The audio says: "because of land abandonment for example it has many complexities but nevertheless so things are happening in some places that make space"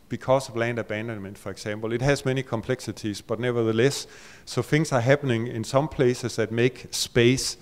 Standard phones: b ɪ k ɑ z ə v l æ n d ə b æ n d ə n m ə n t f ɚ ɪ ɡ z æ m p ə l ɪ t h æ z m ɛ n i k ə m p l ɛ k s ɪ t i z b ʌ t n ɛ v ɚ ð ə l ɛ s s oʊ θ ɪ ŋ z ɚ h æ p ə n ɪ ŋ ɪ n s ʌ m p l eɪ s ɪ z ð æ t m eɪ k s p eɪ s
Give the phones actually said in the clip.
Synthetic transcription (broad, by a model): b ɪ k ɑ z ə v l æ n d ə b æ n d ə n m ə n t f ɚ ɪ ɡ s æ m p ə l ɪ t h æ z m ɛ n i k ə m p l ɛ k s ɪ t i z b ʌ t n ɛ v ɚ ð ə l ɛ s s oʊ θ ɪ ŋ s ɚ h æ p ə n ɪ ŋ ɪ n s ʌ m p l eɪ s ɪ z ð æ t m eɪ k s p eɪ s